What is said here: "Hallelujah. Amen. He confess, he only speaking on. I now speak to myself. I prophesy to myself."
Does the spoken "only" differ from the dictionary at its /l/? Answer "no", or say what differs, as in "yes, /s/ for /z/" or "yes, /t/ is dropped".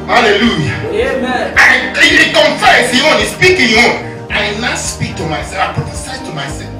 yes, /l/ is dropped